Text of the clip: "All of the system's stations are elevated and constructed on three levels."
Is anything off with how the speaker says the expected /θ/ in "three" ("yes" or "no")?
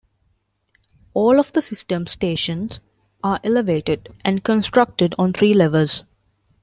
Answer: yes